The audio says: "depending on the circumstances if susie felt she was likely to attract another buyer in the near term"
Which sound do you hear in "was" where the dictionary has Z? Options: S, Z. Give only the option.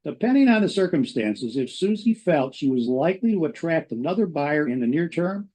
Z